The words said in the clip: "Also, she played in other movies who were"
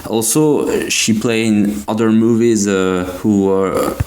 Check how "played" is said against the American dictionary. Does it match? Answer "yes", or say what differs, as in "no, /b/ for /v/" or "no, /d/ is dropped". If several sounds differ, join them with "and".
no, /d/ is dropped